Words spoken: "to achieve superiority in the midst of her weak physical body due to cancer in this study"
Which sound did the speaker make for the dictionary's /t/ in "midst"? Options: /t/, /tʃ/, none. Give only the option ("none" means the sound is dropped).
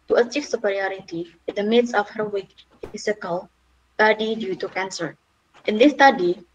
none